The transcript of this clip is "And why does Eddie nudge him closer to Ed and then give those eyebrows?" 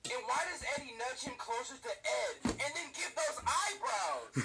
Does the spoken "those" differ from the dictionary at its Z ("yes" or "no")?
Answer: no